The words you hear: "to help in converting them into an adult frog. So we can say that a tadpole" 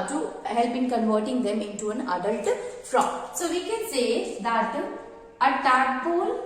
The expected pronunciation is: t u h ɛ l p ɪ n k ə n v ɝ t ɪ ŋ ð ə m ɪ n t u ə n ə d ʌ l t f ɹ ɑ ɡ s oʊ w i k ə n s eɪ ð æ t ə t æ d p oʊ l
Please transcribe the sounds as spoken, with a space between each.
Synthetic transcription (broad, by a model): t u h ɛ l b ɪ n k ə n v ɝ t ɪ ŋ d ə m ɪ n t u ə n ə d ʌ l t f ɹ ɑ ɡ s oʊ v i k ə n s eɪ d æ t ə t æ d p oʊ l